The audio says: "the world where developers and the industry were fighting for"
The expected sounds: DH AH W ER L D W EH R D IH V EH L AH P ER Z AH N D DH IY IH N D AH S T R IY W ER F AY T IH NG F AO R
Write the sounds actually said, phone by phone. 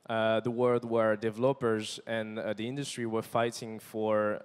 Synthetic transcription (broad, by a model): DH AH W ER L D W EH R D IH V EH L AH P ER Z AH N DH IY IH N D AH S T R IY W ER F AY T IH NG F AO R